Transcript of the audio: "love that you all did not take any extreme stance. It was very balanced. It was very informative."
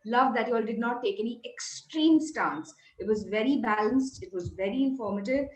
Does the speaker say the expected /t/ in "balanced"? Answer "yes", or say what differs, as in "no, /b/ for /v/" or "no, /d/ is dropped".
yes